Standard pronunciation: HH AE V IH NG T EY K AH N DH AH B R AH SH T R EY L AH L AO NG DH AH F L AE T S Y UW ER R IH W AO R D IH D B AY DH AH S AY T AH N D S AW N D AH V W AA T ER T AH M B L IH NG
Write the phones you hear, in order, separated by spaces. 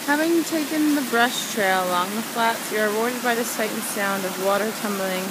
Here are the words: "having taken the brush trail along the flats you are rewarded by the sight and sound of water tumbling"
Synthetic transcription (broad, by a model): HH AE V IH NG T EY K AH N DH AH B R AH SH T R EY L AH L AO NG DH AH F L AE T S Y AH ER R IH W AO R D IH D B AY DH AH S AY AH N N S AW N D AH V W AA T ER T AH M B L IH NG